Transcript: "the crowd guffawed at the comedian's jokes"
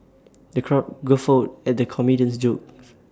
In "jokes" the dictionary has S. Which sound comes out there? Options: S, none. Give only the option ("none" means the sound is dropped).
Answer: none